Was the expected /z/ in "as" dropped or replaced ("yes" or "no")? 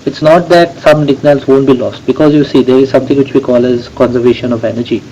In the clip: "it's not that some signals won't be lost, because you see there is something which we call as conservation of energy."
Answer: no